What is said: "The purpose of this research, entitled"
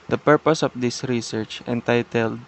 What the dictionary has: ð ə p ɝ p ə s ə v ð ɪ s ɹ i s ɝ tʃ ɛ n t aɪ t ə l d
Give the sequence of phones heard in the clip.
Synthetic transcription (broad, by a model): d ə p ɝ p ə s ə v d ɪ s ɹ i s ɝ tʃ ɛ n t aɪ t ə l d